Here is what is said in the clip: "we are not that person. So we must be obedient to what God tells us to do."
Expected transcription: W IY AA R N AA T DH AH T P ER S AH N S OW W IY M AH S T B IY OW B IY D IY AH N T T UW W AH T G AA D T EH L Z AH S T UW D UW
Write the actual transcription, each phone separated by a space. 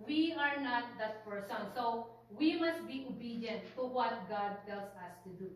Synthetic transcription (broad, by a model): W IY AA R N AA T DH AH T P ER S AH N S OW W IY M AH S T B IY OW B IY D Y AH N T T UW W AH T G AA D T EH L S AH S T UW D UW